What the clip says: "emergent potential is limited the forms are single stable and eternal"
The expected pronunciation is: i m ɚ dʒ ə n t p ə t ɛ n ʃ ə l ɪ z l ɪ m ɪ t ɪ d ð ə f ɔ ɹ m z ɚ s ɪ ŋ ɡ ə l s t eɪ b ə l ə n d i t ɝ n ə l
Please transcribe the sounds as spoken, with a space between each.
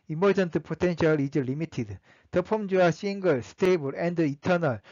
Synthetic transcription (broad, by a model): i m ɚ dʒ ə n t p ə t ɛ n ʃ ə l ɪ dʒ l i m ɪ t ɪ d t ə p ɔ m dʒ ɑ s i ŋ ɡ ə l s t eɪ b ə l ə n d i t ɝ n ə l